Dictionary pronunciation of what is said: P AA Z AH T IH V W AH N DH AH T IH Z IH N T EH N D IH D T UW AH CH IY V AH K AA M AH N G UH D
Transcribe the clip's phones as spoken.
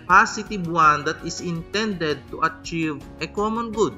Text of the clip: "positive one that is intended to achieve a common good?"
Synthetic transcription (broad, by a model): P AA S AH T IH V W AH N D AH T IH S IH N T EH N D IH D T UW AH CH IY V AH K AA M AH N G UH D